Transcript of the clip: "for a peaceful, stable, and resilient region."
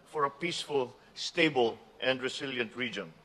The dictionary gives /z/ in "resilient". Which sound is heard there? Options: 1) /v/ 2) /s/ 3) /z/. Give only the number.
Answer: 2